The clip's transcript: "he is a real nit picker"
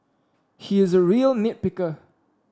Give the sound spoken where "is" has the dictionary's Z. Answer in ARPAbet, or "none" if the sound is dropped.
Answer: Z